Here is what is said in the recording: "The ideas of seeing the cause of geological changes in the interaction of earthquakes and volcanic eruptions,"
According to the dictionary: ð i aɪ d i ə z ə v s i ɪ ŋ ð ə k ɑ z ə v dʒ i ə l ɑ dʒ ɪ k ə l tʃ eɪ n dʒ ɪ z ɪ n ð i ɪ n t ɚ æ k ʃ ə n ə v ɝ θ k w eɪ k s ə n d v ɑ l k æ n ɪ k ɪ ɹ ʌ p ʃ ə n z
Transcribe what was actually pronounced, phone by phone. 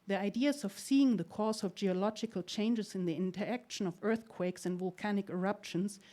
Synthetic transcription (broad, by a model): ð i aɪ d i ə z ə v s i ɪ ŋ ð ə k ɑ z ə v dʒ i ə l ɑ dʒ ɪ k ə l tʃ eɪ n dʒ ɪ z ɪ n ð i ɪ n t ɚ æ k ʃ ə n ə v ɝ θ k w eɪ k s ə n d v ɑ l k æ n ɪ k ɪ ɹ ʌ p ʃ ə n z